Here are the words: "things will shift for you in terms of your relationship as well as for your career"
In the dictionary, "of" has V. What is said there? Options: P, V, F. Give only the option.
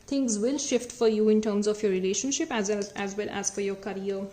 F